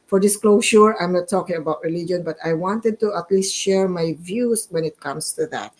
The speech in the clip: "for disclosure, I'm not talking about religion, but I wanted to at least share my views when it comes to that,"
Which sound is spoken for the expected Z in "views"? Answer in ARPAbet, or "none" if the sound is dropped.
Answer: S